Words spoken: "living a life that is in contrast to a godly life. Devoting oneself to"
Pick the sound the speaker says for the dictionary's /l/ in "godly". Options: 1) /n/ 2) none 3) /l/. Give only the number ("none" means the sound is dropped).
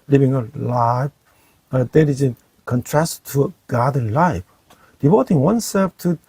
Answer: 2